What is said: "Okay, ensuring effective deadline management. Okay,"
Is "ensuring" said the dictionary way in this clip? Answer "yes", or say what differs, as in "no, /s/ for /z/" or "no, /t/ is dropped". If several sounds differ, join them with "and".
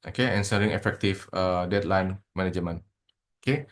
no, /s/ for /ʃ/